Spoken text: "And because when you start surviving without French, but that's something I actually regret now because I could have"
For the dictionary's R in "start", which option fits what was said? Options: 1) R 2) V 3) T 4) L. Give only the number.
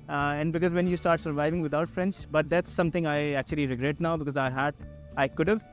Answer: 1